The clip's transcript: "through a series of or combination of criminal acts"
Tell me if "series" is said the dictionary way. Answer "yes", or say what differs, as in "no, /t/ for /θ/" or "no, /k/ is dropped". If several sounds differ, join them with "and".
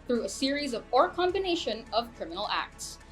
yes